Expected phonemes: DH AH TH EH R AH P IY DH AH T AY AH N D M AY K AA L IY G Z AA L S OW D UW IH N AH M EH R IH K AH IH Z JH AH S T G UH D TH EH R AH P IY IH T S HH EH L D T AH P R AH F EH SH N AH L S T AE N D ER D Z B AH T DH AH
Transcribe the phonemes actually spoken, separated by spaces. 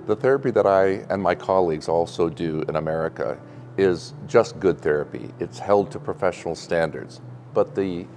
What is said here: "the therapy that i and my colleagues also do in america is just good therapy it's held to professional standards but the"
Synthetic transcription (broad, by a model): DH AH TH EH R AH P IY DH AH T AY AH N M AY K AA L IY G Z AA L S OW D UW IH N AH M EH R IH K AH IH Z JH AH S T G UH D TH EH R AH P IY IH T S HH EH L D T AH P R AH F EH SH N L S T AE N D ER D Z B AH T DH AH